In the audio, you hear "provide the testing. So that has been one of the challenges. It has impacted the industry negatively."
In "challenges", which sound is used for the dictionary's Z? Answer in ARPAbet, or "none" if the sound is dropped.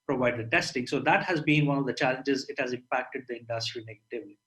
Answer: Z